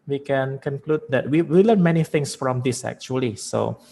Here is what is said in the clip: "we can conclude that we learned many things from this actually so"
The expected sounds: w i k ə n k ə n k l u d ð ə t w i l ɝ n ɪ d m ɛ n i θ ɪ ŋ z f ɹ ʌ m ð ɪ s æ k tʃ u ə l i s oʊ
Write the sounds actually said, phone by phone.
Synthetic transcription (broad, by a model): w i k ə n k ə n k l u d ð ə t w i w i l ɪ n m ɛ n i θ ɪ ŋ s f ɹ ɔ m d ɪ s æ k tʃ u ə l i s oʊ